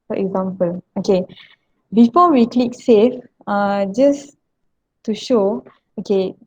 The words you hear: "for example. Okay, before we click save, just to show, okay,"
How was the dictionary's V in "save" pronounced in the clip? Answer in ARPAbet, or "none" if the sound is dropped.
F